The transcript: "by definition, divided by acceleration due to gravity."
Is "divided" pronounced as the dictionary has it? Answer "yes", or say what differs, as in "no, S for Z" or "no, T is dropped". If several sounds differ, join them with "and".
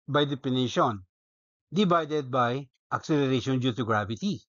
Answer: no, B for V